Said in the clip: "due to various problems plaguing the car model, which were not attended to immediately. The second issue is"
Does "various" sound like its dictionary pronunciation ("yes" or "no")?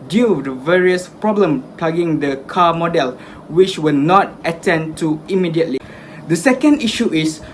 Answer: yes